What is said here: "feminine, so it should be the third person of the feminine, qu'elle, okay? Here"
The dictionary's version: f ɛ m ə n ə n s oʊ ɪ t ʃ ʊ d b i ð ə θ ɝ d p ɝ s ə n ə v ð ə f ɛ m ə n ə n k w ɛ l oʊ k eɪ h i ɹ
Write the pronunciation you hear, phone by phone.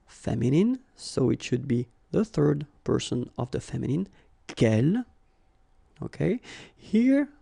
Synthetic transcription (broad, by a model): f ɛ m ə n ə n s oʊ ɪ t ʃ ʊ d b i ð ə θ ɝ d p ɝ s ə n ə v ð ə f ɛ m ə n ə n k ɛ l oʊ k eɪ h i ɹ